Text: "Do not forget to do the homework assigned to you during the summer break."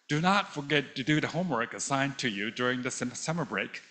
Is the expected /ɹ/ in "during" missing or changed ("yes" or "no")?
no